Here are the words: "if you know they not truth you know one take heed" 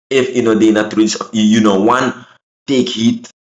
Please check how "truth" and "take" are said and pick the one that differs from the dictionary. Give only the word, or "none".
truth